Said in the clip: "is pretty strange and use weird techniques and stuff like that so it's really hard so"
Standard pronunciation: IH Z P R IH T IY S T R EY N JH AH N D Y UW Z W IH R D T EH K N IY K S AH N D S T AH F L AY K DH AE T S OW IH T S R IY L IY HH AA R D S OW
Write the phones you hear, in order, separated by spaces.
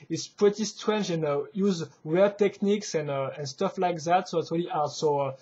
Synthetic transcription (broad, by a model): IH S P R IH T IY S T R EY N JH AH N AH Y UW Z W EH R T EH K N IY K S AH N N S T AH F L AY K DH AE T S OW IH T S R IY L IY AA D S OW